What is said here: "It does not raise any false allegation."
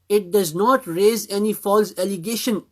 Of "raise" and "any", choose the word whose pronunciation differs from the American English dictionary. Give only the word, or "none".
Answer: none